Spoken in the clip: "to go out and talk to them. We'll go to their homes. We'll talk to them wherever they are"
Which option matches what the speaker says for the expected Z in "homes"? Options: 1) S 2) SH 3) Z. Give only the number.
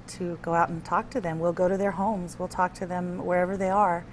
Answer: 3